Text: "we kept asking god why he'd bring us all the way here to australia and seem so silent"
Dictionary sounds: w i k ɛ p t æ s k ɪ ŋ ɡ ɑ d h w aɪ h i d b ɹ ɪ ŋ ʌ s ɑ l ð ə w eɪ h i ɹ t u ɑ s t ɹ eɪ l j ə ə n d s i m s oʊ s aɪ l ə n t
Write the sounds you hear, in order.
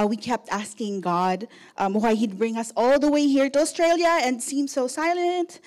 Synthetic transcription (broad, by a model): w i k ɛ p t æ s k ɪ ŋ ɡ ɑ d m w aɪ h i d b ɹ ɪ ŋ ʌ s ɑ l ð ə w eɪ h i ɹ t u ɑ s t ɹ eɪ l j ə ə n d s i m s oʊ s aɪ l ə n t